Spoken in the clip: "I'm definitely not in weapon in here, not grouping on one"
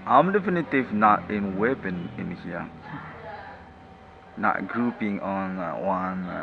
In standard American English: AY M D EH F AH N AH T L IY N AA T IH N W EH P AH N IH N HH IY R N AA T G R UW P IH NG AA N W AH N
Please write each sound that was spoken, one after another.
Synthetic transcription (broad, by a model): AY M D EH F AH N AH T IY N AA T IH N W EH P AH N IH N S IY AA N AA T G R UW P IH NG AA N W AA N